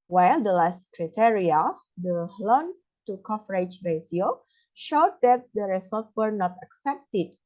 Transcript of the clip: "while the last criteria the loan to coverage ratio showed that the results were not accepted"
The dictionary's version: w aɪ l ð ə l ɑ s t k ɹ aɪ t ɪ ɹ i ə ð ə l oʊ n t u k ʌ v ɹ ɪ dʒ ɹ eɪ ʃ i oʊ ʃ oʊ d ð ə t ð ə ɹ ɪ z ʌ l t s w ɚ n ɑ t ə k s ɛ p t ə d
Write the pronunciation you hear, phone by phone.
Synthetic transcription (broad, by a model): w aɪ l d ə l ɑ s t k ɹ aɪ t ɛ ɹ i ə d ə l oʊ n t u k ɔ f ɹ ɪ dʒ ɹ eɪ s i oʊ ʃ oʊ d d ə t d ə ɹ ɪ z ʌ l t w ɚ n ɑ t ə k s ɛ p t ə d